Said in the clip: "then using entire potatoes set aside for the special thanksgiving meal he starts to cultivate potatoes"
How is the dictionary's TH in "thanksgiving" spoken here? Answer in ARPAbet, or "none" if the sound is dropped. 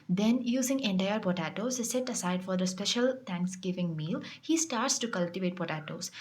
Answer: T